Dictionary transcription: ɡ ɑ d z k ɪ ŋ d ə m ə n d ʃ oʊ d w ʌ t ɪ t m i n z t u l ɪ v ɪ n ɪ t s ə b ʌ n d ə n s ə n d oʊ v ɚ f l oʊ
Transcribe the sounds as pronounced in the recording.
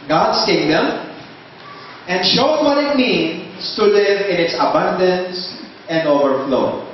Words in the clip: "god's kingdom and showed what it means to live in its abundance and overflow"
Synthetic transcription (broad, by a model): ɡ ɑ d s k ɪ ŋ d ə m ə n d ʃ oʊ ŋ w ʌ t ɪ t m i n s t u l ɪ v ɪ n ɪ t s ə b ʌ n d ə n s ə n d oʊ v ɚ f l oʊ